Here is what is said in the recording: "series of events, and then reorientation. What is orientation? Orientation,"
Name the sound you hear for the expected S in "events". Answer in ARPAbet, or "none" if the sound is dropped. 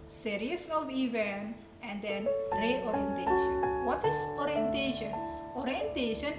none